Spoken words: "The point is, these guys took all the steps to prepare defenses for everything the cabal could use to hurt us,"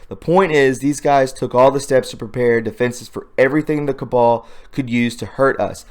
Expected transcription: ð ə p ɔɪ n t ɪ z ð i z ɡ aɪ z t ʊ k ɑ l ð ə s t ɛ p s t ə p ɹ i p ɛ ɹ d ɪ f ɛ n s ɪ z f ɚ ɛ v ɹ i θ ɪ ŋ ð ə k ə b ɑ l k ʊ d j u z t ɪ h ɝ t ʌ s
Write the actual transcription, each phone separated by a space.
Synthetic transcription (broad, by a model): ð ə p ɔɪ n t ɪ z ð i z ɡ aɪ z t ʊ k ɑ l ð ə s t ɛ p s t ə p ɹ i p ɛ ɹ d ɪ f ɛ n s ɪ z f ɚ ɛ v ɹ i θ ɪ ŋ ð ə k ə b ɑ l k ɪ d j u z t ɪ h ɝ t ʌ s